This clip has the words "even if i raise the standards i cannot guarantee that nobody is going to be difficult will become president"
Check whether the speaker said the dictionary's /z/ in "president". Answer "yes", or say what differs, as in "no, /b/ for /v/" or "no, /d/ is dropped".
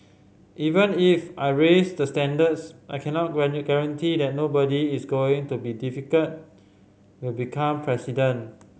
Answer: no, /s/ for /z/